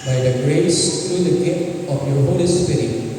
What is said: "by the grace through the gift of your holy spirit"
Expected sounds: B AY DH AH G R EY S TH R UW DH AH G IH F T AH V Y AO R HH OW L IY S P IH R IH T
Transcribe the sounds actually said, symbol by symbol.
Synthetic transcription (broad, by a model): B AY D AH G R EY S T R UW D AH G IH T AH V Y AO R HH OW L IY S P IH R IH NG